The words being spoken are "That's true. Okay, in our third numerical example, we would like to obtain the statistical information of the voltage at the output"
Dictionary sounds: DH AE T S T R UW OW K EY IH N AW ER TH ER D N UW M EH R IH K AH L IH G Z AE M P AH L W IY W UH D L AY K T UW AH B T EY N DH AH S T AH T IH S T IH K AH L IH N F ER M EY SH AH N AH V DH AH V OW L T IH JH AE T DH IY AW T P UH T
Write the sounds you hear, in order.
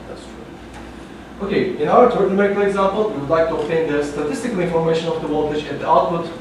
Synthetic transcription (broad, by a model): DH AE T S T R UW OW K EY IH N AW ER T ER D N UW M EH IH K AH IH G Z AE M P AH L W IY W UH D L AY K T UW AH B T EY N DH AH S T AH T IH S T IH K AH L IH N F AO M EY SH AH N AH V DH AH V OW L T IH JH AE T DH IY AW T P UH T